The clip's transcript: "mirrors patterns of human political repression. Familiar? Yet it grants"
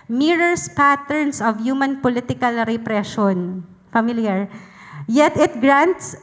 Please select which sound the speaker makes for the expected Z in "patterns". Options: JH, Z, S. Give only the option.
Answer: S